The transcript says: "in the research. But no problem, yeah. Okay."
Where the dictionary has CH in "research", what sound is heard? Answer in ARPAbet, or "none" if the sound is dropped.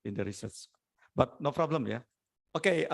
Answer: S